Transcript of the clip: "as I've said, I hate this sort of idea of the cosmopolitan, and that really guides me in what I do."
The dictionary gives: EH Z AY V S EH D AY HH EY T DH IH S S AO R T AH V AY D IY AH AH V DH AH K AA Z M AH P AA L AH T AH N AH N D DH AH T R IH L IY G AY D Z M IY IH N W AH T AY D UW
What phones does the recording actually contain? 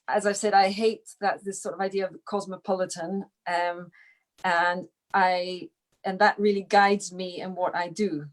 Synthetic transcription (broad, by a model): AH Z AY V S EH D AY HH EY T DH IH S S AO R T AH V AY D IY AH AH V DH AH K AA Z M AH P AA L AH T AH N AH N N DH AH T R IH L IY G AY D Z M IY IH N W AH T AY D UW